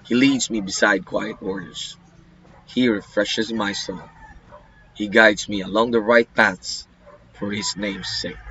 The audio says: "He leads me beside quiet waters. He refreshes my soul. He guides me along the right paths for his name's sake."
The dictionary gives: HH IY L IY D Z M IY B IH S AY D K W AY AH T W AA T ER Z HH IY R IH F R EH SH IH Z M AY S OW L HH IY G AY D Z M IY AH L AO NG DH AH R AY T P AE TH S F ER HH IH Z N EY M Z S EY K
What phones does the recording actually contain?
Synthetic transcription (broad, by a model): HH IY L IY D Z M IY B IH S AY D K W AY AH T AA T ER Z HH IY R IH F R EH SH IH Z M AY S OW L HH IY G AY D Z M IY AH L AO NG DH AH R AY T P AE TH S F ER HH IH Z N EY M Z S EY K